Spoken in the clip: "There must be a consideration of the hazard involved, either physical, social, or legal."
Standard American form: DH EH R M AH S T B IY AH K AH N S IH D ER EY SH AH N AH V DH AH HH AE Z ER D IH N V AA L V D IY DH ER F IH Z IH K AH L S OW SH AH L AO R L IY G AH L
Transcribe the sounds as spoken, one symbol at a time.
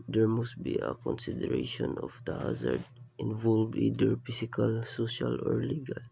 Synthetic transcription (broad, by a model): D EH R M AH S T B IY AH K AH N S IH D ER EY SH AH N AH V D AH HH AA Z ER D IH N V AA L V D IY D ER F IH S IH K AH L S OW SH AH L AO R L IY G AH L